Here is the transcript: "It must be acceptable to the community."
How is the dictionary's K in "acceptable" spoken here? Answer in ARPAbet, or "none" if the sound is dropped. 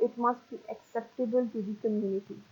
K